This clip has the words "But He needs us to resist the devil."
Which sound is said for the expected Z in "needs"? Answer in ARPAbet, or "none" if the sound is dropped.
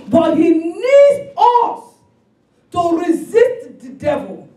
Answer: none